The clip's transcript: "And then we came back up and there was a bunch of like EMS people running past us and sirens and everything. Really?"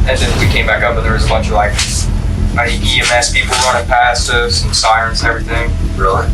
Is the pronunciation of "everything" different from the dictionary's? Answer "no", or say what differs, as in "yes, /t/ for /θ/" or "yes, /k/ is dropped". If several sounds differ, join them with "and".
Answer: no